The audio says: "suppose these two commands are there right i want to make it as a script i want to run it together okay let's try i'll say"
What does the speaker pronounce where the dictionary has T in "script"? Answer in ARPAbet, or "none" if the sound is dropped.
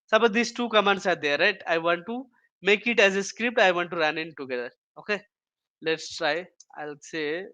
T